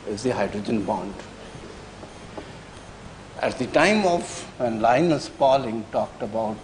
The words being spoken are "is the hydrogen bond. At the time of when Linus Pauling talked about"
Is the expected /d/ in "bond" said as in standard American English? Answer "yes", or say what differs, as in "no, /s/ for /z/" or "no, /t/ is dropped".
yes